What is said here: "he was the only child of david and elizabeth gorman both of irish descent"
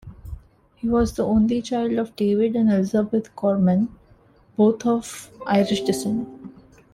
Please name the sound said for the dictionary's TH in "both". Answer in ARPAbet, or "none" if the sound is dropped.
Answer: T